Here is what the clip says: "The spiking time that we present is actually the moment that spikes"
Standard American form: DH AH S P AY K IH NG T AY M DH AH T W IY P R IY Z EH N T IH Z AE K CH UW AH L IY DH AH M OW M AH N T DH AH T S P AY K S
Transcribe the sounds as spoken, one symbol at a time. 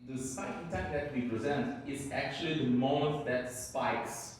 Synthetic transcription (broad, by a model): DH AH S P AY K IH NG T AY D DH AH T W IY P R IY Z EH N T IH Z AE K CH UW AH L IY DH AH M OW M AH T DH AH T S P AY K S